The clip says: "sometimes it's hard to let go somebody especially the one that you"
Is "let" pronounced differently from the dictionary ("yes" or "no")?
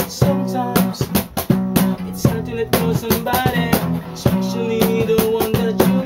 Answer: yes